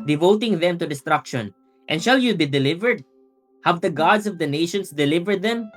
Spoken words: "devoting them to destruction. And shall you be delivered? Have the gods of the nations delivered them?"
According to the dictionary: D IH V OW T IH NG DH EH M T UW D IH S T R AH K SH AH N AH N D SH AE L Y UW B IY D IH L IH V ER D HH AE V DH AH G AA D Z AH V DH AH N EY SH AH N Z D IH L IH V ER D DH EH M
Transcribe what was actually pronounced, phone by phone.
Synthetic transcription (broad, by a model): D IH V OW T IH NG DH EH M T UW D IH S T R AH K SH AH N AH N D SH AE L Y UW B IY D IH L IH V ER D HH AE V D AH G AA D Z AH V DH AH N EY SH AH N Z D IH L IH V ER D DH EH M